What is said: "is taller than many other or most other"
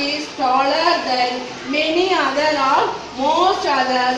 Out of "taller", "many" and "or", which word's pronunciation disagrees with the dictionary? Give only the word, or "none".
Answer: or